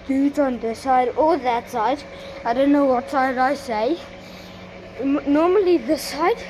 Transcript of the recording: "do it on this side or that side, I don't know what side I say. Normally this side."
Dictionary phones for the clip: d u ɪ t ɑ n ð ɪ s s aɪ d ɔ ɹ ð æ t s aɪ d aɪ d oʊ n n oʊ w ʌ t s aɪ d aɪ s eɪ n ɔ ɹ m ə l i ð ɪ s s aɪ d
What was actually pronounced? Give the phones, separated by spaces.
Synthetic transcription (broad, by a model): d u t ɑ n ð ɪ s s aɪ d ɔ l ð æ t s aɪ d aɪ d oʊ n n oʊ w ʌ t s aɪ d aɪ s eɪ n ɔ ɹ m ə l i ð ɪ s s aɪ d